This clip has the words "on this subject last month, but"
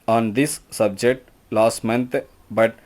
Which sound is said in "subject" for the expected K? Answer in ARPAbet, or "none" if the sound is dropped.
K